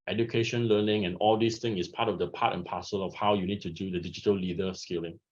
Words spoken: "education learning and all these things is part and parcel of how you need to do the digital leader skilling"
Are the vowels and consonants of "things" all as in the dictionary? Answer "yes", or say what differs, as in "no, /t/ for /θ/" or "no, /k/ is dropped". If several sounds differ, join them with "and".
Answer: no, /z/ is dropped